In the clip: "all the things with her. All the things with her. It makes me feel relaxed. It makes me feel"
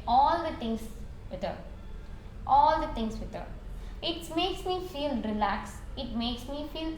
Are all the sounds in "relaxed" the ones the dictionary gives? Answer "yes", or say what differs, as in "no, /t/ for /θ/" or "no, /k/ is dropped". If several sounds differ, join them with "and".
no, /t/ is dropped